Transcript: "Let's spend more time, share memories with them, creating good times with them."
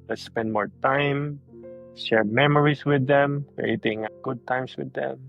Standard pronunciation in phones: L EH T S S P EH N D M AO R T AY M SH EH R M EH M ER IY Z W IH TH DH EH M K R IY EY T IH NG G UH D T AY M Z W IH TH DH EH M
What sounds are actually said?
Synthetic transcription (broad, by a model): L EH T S S P EH N D M AO R T AY M SH EH R M EH M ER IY S W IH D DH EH M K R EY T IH NG G UH D T AY M S W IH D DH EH M